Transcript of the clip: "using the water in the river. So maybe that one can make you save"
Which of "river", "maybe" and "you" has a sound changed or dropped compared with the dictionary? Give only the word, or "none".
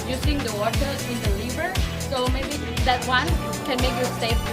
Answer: river